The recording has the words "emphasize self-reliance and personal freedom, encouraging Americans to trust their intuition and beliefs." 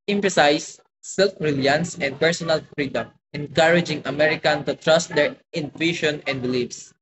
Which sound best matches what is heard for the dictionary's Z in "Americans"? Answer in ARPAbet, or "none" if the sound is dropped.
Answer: none